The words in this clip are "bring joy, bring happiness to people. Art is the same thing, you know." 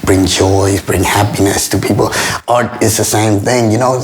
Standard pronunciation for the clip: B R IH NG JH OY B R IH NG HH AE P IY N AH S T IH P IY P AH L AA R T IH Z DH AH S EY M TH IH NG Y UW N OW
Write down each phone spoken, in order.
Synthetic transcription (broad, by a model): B R IH NG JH OY B R IH NG HH AE P IY N AH S T IH P IY P L AA R T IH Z DH AH S EY M TH IH NG Y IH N OW